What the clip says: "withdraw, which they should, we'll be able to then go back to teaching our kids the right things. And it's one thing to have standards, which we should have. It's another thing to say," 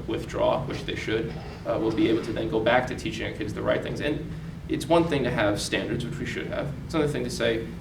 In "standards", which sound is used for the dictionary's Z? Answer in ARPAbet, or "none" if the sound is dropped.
Z